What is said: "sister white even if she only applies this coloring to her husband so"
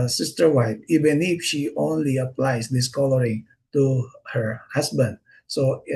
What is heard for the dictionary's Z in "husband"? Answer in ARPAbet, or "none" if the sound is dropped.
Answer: S